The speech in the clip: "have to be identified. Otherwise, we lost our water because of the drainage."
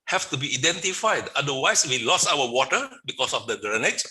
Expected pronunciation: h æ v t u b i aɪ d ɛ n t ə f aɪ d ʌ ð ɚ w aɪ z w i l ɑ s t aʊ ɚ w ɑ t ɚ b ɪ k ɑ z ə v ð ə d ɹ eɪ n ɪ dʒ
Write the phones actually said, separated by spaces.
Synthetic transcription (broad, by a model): h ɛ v t u b i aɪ d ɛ n t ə f aɪ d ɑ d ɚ w aɪ s w i l ɑ s aʊ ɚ w ɑ t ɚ b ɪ k ɑ s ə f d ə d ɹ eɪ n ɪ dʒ